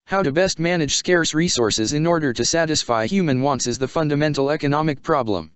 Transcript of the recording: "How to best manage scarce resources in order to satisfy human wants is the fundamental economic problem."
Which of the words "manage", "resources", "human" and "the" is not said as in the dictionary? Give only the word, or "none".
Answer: none